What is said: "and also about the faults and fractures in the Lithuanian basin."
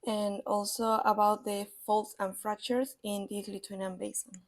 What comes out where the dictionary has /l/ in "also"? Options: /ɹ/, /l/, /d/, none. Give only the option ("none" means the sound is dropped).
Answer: /l/